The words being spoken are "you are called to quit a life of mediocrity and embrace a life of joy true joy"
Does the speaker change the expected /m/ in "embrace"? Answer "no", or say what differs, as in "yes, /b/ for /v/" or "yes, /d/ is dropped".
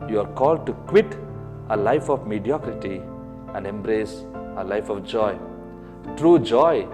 no